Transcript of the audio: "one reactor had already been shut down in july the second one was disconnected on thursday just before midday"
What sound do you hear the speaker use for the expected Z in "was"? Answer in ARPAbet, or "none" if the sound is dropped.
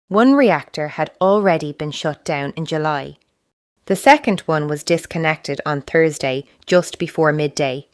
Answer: Z